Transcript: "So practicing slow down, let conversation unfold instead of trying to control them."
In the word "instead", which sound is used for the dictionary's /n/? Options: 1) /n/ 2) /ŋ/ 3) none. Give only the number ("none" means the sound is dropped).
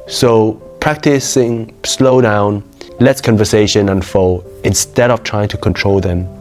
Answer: 1